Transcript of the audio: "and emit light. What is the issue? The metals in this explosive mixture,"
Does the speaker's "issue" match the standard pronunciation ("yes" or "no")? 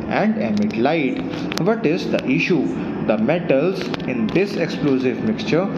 yes